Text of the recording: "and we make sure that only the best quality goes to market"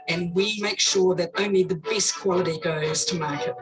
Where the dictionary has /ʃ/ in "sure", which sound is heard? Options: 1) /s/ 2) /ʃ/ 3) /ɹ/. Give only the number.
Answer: 2